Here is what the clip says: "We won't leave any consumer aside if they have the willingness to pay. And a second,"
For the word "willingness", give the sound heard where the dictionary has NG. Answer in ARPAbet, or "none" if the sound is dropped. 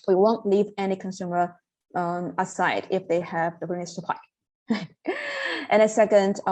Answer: none